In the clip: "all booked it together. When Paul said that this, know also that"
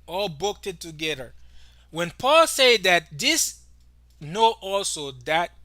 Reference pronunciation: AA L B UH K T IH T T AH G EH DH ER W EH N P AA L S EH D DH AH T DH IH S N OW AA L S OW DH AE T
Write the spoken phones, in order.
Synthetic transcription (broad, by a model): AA L B UH K T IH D T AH G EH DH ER W EH N P AA L S EH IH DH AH T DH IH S N OW AA L S OW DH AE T